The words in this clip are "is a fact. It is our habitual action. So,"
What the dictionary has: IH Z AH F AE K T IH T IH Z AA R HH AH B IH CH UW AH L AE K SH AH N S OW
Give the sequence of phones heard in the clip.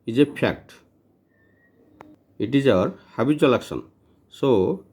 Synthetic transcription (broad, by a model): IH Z AH P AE K T IH T IH Z AA R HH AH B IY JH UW L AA K S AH N S OW